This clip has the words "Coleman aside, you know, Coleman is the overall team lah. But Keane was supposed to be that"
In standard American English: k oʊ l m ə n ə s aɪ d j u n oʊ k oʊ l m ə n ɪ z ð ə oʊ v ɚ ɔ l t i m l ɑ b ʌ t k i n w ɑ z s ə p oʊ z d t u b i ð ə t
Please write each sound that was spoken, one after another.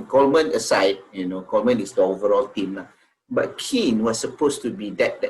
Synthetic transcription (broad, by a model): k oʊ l m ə n ə s aɪ d j u n oʊ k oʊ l m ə n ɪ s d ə oʊ v ɚ ɔ l t i m l ɑ b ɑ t k i n w ɑ s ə p oʊ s t u b i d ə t